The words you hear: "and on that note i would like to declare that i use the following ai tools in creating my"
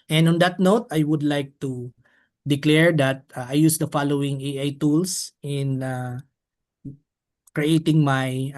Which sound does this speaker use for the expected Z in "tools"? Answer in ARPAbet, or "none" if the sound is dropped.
S